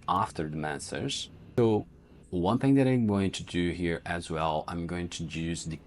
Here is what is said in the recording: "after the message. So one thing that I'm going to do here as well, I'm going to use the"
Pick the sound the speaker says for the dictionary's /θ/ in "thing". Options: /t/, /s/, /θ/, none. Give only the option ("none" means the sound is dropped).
/θ/